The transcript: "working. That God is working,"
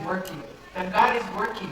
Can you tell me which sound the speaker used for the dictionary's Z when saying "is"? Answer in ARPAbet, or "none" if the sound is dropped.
Z